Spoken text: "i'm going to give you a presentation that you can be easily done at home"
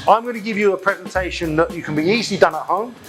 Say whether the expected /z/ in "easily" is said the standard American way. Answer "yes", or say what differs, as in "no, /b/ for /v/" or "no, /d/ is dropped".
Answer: yes